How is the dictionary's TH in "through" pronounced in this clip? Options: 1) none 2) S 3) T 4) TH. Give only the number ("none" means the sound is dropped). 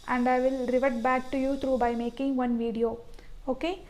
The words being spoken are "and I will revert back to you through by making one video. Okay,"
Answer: 3